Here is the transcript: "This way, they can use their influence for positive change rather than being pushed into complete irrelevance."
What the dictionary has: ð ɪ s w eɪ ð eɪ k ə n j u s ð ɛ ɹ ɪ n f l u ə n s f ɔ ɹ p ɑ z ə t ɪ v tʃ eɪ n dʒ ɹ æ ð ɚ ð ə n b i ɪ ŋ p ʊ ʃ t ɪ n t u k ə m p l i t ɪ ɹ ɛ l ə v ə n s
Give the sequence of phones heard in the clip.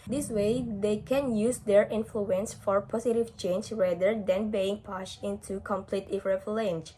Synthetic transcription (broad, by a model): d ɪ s w eɪ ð eɪ k ə n j u s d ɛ ɹ ɪ n f l u ə n s f ɔ ɹ p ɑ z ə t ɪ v tʃ eɪ n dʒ ɹ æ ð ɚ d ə n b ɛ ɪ ŋ p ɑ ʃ ɪ n t u k ə m p l i t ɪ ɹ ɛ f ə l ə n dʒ